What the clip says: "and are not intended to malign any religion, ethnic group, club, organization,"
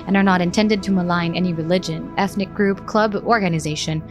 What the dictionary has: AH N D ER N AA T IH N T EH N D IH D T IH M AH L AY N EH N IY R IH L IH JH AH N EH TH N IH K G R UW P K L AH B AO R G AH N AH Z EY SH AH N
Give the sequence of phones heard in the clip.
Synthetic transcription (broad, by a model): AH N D ER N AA T IH N T EH N D IH D T IH M AH L AY N EH N IY R IH L IH JH AH N EH TH N IH K G R UW P K L AH B AO R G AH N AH Z EY SH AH N